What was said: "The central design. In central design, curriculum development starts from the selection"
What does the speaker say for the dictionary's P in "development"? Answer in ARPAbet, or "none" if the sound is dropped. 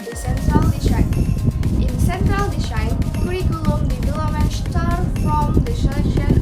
none